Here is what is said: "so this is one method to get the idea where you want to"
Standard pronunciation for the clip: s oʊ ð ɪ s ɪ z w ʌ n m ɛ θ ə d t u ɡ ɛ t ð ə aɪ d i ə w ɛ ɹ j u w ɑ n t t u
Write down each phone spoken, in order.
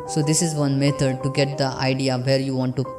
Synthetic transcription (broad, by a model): s oʊ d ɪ s ɪ z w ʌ n m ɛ t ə d t u ɡ ɛ t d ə aɪ d i ə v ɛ ɹ j u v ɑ n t t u